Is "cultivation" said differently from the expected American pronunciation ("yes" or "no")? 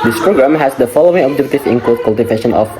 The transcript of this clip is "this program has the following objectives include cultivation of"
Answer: no